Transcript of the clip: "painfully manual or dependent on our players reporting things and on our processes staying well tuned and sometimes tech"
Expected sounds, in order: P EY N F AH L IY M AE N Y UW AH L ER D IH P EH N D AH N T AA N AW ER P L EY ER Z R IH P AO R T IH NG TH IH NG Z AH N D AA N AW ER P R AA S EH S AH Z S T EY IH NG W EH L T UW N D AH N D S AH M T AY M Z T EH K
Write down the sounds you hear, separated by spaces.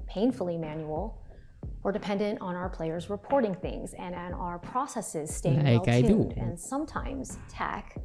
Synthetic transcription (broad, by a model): P EY N F L IY M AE N Y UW L ER D IH P EH N D AH N T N AW ER P L EY ER Z R IH P AO R T IH NG TH IH NG Z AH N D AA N AW ER P R AA S EH S AH Z S T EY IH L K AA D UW D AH N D S AH M T AY M Z T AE K